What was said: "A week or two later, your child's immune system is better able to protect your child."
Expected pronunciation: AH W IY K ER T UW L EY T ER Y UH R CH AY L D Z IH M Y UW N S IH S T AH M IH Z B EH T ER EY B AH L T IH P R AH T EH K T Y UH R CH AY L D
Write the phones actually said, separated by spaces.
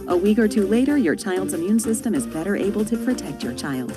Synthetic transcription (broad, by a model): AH W IY K ER T UW L EY T ER Y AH R CH AY L D Z IH M Y UW N S IH S T AH M IH Z B EH T ER EY B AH L T IH P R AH T EH K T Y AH R CH AY L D